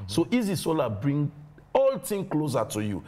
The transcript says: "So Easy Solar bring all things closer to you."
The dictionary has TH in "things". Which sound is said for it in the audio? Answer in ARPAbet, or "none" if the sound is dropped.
T